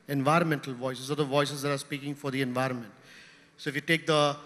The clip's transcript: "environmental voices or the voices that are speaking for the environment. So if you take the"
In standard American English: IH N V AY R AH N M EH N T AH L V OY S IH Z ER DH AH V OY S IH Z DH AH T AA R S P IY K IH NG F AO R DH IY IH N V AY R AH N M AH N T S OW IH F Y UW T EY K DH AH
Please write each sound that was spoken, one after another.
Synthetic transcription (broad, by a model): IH N V AY R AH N M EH N T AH L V OY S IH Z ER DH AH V OY S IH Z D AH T AA R S P IY K IH NG F AO R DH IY IH N V AY R AH N M AH N T S OW IH F Y UW T EY K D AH